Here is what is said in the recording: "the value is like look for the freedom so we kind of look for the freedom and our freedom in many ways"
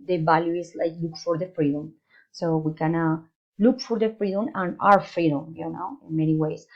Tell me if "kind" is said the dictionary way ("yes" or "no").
no